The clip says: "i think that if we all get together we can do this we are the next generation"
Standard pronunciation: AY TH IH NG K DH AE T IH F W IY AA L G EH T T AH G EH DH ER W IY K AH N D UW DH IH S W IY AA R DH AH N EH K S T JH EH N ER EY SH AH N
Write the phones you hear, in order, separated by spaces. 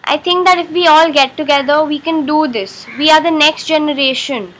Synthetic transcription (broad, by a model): AY T IH NG K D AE T IH F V IY AA L G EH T T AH G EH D ER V IY K AH N D UW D IH S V IY AA R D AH N EH K S T JH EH N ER EY SH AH N